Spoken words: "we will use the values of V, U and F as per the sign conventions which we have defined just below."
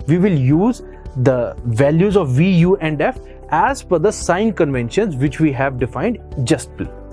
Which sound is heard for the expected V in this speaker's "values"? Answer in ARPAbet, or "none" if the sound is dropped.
V